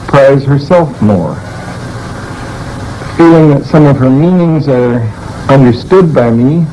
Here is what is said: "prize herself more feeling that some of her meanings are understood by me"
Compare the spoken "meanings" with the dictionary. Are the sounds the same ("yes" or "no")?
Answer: yes